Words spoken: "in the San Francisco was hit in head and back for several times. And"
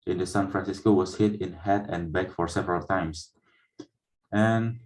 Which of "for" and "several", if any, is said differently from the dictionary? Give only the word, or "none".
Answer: none